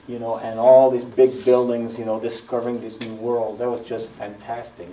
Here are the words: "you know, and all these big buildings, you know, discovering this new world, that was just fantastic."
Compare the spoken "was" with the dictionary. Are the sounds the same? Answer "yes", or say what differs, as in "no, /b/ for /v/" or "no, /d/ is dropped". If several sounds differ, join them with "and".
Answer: yes